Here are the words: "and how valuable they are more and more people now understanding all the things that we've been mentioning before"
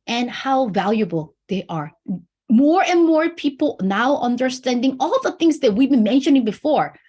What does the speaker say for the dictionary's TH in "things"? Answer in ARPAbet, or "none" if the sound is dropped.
TH